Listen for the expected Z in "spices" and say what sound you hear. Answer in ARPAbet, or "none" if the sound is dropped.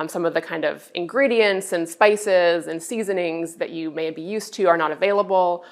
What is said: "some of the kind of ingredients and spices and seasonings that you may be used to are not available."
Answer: Z